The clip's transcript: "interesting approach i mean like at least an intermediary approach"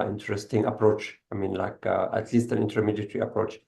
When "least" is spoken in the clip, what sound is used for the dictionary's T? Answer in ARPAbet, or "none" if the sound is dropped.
T